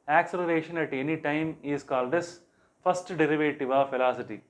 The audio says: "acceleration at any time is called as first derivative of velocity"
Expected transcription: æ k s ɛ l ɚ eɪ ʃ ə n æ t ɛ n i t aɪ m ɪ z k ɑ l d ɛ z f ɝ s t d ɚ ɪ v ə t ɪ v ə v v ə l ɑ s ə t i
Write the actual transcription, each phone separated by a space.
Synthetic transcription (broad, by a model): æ k s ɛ l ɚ eɪ ʃ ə n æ t ɛ n i t aɪ m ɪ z k ɑ l d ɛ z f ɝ s t d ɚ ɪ v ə t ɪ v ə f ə l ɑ s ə t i